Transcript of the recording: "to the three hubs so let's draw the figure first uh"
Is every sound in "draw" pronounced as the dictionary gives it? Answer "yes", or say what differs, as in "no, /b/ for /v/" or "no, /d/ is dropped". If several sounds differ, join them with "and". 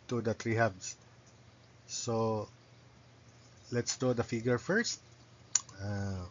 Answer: no, /ɹ/ is dropped